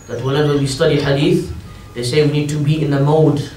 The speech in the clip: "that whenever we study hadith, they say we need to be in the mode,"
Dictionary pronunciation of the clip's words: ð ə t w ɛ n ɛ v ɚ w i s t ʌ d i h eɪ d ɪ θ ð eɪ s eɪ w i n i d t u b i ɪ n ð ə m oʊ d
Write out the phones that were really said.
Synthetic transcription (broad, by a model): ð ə t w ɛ l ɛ w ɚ w i s t ʌ d i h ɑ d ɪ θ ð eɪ s eɪ w i n i d t u b i ɪ n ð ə m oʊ d